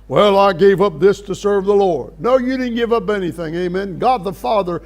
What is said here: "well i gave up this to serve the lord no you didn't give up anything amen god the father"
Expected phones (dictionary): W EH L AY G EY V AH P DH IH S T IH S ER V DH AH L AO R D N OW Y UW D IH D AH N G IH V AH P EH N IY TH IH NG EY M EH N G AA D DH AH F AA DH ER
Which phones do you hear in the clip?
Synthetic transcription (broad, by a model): W EH L AY G EY V AH P DH IH S T IH S ER V DH AH L AO R D N OW Y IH D IH D N G IH V AH P EH N IY TH IH NG EY M EH N G AA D DH AH F AA DH ER